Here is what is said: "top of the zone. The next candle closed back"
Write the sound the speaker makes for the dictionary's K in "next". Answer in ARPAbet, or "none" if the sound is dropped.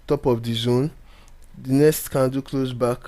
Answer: none